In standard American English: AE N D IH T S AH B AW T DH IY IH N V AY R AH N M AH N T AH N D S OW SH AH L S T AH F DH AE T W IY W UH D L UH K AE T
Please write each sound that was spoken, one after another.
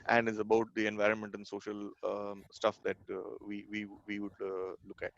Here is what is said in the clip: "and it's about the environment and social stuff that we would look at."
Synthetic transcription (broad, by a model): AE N D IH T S AH B AW T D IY IH N V AY R AH N M AH N T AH N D S OW SH AH L S T AH F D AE T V IY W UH D L UH K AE T